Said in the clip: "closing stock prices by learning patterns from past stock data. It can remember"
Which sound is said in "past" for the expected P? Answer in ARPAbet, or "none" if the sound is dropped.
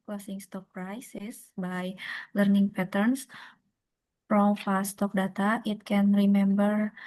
F